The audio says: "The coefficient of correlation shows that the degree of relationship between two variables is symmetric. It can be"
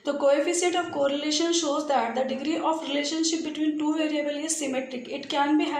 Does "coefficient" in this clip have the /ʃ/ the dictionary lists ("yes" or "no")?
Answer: no